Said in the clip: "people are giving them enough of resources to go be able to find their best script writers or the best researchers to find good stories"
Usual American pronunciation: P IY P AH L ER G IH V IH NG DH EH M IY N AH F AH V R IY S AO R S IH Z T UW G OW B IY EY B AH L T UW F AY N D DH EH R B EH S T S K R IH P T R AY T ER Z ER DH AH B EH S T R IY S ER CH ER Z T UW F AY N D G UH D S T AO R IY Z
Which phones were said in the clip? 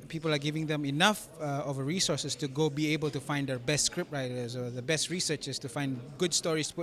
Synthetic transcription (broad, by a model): P IY P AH L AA G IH V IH NG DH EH M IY N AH F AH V R IY S AO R S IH S T UW G OW B IY EY B AH L T UW F AY N D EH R B EH S T S K R IH P T R AY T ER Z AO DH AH B EH S T R IY S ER CH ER S T UW F AY N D G UH D S T AO R IY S